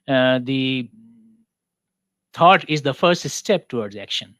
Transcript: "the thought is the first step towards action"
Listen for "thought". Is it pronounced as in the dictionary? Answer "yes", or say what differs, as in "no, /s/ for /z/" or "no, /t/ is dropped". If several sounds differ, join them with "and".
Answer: no, /t/ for /θ/